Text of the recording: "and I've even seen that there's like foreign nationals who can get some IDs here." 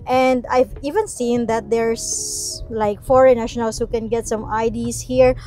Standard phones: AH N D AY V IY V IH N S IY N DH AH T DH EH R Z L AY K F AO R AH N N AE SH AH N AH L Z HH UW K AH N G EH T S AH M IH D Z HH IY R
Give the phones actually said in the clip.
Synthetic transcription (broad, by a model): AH N D AY V IY V IH N S IY N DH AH T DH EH R S L AY K F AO R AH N N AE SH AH N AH L S HH UW K AH N G EH T S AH M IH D S HH IY R